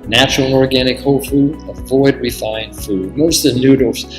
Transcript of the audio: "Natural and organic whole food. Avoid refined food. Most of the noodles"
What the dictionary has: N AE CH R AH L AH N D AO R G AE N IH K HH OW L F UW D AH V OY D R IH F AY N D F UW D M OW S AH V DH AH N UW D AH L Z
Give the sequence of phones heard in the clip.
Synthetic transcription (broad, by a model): N AE CH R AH L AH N AO R G AE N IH K HH OW L F UW D AH V OY D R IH F AY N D F UW D M OW AH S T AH N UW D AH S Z